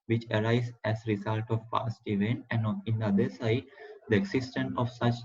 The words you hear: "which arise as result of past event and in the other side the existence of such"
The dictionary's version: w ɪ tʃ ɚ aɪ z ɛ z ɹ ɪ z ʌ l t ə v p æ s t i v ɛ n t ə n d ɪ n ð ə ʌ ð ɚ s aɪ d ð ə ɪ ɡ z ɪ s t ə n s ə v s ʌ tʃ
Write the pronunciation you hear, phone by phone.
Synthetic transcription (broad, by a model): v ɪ tʃ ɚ aɪ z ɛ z ɹ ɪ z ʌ l t ə v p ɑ s t i v ɛ n t ə n d ɪ n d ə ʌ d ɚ s aɪ d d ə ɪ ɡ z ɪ s t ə n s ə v s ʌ tʃ